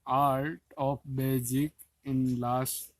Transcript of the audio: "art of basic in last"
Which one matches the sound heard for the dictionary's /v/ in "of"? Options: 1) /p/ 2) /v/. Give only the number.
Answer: 1